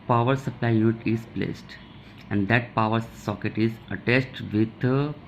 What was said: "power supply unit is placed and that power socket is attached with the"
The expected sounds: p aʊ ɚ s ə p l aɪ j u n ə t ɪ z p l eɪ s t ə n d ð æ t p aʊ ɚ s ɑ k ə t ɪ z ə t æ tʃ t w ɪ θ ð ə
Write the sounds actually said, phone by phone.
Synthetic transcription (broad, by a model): p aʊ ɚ s ə p l aɪ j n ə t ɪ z p l eɪ s t ə n d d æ t p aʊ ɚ s ɑ k ə t ɪ z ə t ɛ s t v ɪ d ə